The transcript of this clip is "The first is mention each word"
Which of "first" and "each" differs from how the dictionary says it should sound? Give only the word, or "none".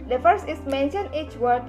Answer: first